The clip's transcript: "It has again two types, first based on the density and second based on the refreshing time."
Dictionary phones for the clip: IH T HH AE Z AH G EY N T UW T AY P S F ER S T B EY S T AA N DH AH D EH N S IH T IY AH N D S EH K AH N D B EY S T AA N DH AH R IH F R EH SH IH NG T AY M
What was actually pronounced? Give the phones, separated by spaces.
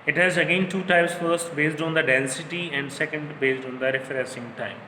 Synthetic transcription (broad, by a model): IH T HH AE Z AH G EY N T UW T AY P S F ER S T B EY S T AA N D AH D EH N S IH T IY AH N D S EH K AH N D B EY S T AA N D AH R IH F R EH S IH NG T AY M